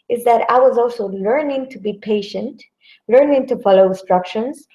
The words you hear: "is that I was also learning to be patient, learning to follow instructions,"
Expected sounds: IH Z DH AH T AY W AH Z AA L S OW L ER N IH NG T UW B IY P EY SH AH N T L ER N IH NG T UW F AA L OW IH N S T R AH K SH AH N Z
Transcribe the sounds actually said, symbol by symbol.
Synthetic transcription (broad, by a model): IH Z DH AH T AY W AH Z AA L S OW L ER N IH NG T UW B IY P EY SH AH N T L ER N IH NG T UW F AA L OW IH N S T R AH K SH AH N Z